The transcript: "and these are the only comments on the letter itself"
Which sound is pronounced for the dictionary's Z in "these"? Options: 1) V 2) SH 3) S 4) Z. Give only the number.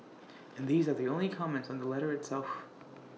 4